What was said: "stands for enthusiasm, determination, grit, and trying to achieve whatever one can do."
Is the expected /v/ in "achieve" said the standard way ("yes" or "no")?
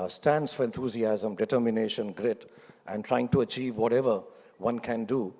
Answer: yes